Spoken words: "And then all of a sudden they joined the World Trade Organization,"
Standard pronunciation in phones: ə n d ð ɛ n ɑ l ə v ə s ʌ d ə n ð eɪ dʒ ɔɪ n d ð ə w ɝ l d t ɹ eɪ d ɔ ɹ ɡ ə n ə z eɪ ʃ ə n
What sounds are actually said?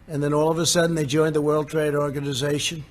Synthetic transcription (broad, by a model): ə n ð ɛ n ɑ l ə v ə s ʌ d n ð eɪ dʒ ɔɪ n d ð ə w ɝ l d t ɹ eɪ d ɔ ɹ ɡ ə n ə z eɪ ʃ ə n